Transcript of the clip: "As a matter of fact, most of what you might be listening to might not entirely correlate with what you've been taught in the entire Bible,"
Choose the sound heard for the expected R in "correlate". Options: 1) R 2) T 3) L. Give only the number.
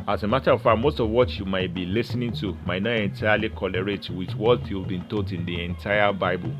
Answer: 3